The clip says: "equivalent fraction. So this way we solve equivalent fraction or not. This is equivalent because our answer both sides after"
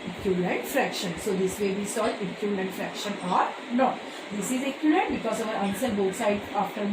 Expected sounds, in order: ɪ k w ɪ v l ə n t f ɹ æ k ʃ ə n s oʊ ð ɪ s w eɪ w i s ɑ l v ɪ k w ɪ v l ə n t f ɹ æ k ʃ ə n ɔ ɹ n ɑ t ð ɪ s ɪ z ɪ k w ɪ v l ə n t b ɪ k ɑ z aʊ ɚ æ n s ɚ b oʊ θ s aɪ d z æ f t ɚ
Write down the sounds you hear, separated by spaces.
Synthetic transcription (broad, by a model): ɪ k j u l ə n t f ɹ æ k ʃ ə n s oʊ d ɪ s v eɪ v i s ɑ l ɪ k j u l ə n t f ɹ æ k ʃ ə n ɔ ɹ n ɑ t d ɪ s ɪ z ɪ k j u l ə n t b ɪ k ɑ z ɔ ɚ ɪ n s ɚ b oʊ t s aɪ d ɑ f t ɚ